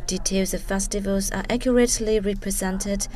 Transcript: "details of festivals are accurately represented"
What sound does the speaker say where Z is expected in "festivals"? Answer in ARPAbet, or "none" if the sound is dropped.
Z